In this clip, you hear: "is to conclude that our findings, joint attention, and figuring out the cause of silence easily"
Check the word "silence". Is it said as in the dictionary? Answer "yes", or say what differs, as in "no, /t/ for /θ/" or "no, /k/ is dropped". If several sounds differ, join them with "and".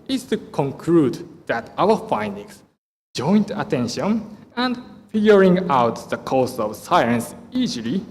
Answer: no, /l/ is dropped